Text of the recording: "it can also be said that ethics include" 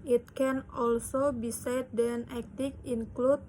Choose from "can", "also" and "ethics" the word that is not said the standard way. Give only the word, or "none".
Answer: ethics